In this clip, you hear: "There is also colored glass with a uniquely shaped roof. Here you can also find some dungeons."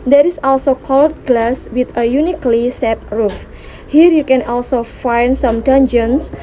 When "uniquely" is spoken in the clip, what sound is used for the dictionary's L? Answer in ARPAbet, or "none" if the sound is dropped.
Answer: L